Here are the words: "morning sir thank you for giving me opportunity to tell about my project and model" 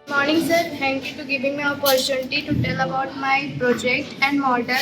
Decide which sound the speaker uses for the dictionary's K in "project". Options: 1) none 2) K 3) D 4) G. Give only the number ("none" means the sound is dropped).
2